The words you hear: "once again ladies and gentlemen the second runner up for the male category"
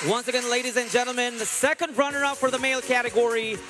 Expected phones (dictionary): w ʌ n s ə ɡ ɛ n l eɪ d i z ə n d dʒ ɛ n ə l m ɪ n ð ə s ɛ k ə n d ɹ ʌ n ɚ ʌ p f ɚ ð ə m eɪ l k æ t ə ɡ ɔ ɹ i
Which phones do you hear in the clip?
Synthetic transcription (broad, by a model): w ʌ n s ə ɡ ɛ n l eɪ d i z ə n dʒ ɛ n l m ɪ n ð ə s ɛ k ə n d ɹ ʌ n ɚ ʌ p f ɚ ð ə m eɪ l k æ t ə ɡ ɔ ɹ i